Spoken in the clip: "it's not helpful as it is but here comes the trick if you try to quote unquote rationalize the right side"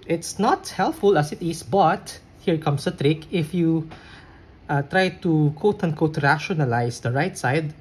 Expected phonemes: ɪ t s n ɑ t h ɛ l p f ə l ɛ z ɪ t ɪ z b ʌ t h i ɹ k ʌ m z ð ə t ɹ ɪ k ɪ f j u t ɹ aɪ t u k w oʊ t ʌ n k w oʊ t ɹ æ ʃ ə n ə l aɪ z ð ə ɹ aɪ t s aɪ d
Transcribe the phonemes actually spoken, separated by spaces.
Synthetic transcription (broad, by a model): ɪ t s n ɑ t h ɛ l p f ə l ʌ s ɪ t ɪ s b ʌ t h i ɹ k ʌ m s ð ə t ɹ ɪ k ɪ f j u t ɹ aɪ t u k oʊ t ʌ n k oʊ t ɹ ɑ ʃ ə n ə l aɪ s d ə ɹ aɪ t s aɪ d